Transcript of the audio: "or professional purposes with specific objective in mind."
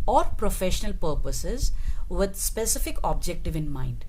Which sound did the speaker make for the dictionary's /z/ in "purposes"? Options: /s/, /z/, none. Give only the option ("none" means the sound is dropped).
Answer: /z/